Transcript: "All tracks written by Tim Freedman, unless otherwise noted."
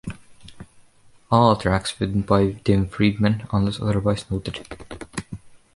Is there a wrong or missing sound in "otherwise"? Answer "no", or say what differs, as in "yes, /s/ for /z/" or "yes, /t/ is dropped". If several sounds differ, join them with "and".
yes, /s/ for /z/